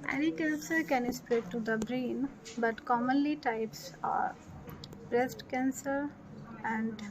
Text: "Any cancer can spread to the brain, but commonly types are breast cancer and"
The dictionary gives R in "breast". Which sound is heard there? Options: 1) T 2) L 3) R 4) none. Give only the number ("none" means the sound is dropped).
3